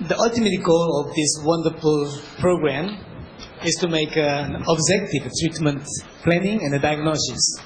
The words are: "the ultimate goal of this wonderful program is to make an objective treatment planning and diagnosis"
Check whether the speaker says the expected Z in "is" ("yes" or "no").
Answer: no